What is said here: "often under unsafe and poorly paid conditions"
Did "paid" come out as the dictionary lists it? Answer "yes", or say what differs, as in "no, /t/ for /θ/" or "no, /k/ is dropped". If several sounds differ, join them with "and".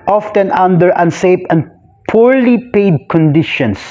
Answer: yes